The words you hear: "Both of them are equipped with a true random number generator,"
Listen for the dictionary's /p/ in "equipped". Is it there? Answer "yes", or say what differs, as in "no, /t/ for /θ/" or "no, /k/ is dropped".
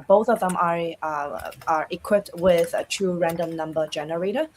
yes